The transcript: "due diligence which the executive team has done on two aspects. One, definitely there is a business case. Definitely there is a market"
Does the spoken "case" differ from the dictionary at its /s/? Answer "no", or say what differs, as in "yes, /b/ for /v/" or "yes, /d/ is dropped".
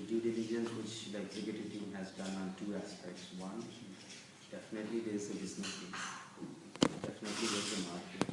yes, /s/ is dropped